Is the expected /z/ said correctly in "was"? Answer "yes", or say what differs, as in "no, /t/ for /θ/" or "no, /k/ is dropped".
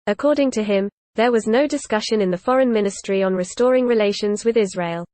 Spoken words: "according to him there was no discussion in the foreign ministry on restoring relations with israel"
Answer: yes